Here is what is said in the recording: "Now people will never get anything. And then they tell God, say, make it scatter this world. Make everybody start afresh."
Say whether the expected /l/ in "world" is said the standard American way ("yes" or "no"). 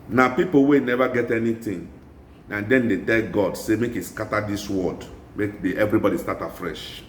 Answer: no